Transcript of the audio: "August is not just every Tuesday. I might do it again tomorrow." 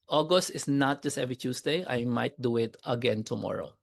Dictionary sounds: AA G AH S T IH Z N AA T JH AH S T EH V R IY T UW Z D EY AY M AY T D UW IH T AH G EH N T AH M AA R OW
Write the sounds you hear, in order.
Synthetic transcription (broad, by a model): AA G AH S T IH S N AA T JH AH S T EH V R IY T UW S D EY AY M AY T D UW IH T AH G EH N T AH M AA R OW